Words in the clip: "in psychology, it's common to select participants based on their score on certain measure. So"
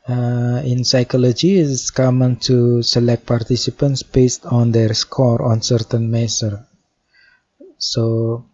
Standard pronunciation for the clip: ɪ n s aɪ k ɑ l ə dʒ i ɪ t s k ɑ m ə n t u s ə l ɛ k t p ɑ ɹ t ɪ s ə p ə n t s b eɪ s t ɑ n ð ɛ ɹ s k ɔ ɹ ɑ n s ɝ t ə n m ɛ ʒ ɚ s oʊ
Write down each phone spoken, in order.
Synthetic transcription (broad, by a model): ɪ n s aɪ k ɑ l ə dʒ i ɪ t s k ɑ m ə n t u s ə l ɛ k t p ɑ ɹ t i s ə p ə n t s b eɪ s t ɑ n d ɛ ɹ s k ɔ ɹ ɑ n s ɝ t ə n m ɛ s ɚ s oʊ